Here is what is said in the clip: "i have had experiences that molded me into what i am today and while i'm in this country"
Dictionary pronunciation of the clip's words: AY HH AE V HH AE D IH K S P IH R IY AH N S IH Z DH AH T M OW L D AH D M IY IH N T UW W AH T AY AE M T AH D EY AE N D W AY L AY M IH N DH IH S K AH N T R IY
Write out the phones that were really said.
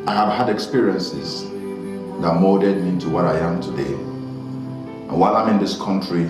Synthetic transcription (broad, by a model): AY HH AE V HH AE D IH K S P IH R IY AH N S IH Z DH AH T M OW D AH D M IY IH N T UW W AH T AY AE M T AH D EY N W AY L AY M IH N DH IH S K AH N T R IY